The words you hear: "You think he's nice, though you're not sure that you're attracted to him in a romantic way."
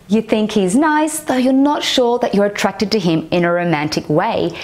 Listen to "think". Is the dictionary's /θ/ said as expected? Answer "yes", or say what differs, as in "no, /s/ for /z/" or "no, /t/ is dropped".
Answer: yes